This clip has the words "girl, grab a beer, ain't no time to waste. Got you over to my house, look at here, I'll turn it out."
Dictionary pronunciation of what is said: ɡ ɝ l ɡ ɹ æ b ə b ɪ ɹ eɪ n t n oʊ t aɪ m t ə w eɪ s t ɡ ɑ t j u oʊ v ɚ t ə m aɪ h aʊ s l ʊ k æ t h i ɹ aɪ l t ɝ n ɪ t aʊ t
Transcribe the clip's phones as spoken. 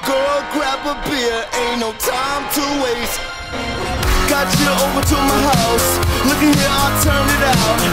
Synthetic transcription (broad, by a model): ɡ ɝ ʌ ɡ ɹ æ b ə b ɪ ɹ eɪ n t n oʊ t aɪ m t ə w eɪ t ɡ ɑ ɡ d oʊ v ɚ t ə m aɪ h aʊ s l ʊ k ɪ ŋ h i ɹ aɪ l t ɝ n ɪ t aʊ t